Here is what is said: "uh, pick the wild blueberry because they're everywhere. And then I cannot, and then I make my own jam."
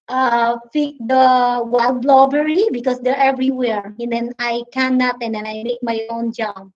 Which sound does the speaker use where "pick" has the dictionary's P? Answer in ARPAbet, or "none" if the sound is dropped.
F